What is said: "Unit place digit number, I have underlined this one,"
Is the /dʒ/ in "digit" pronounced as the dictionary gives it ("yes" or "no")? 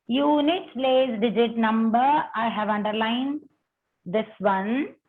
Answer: yes